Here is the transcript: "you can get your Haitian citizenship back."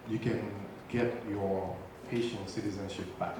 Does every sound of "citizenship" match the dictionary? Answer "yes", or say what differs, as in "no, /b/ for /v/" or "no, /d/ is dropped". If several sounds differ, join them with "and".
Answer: yes